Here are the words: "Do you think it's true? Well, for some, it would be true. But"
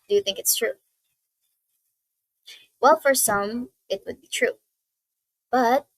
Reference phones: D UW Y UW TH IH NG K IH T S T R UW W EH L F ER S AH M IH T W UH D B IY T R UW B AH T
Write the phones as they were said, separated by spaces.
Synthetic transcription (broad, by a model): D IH Y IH TH IH NG K IH T S T R UW W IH L F ER S AH M IH T W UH D B IY T R UW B AH T